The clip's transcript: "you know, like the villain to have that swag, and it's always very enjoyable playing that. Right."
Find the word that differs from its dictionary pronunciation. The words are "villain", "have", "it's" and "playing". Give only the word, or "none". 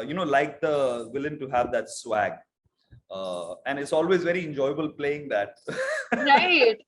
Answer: none